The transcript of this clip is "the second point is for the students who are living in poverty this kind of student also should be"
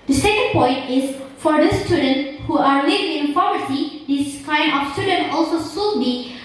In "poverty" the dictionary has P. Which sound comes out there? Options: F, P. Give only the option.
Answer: F